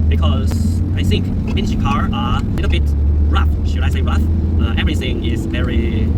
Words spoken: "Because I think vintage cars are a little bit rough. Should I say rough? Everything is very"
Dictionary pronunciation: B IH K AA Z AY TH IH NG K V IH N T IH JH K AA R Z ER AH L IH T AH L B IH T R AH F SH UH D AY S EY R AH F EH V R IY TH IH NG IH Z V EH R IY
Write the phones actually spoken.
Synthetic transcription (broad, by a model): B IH K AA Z AY TH IH NG K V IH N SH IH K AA R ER AH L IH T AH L B IH T R AH F SH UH D AY S EY R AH F EH V R IY TH IH NG IH Z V EH R IY